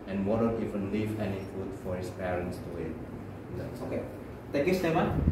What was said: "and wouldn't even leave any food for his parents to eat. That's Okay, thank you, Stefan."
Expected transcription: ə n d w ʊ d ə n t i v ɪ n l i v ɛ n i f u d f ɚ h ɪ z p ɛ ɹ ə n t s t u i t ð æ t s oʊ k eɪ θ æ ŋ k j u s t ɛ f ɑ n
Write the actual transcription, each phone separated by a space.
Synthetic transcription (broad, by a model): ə n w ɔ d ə t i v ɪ n l i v ɛ n i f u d f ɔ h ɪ s p ɛ ɹ ə n t s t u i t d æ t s oʊ k eɪ t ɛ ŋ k j u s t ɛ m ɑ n